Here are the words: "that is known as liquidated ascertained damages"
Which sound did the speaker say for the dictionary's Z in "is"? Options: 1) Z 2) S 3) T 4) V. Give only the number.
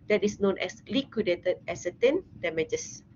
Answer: 2